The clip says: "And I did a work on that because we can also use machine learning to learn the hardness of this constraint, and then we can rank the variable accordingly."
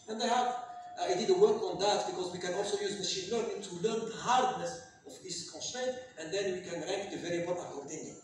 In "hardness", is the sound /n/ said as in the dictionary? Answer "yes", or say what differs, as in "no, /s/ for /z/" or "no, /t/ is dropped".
yes